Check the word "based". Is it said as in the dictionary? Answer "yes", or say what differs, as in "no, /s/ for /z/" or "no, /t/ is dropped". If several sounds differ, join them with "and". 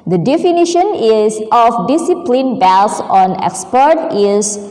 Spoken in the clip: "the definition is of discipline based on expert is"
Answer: no, /t/ is dropped